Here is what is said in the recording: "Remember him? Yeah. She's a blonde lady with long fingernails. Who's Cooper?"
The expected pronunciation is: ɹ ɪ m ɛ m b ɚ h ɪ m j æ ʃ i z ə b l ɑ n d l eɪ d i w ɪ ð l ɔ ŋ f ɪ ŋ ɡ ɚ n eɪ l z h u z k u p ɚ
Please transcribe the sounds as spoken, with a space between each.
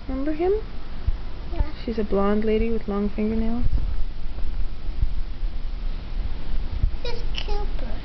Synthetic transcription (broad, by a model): m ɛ m b ɚ h ɪ m ʃ i z ə b l ɑ n d l eɪ d i w ɪ ð l ɔ ŋ f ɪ ŋ ɡ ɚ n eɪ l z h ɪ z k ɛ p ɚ